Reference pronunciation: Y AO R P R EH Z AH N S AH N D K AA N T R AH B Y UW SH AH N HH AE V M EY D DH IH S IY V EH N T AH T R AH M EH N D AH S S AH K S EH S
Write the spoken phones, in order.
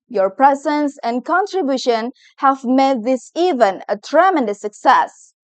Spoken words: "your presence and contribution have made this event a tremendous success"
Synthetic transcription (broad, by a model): Y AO R P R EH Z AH N S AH N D K AA N T R AH B Y UW SH AH N HH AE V M EY D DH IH S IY V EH N AH T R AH M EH N D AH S S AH K S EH S